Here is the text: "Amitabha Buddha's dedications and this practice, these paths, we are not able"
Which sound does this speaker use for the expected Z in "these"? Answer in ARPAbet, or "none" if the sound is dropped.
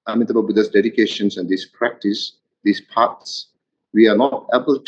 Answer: S